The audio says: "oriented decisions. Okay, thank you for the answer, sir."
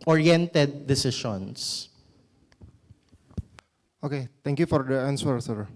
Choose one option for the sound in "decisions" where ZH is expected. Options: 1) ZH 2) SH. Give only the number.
2